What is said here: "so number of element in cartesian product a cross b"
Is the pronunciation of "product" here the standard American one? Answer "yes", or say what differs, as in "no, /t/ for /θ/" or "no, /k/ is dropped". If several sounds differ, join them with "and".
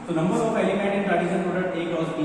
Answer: no, /k/ is dropped